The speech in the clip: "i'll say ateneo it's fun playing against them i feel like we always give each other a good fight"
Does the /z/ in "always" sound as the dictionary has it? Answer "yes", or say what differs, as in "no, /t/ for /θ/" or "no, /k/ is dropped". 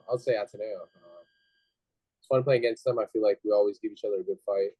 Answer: yes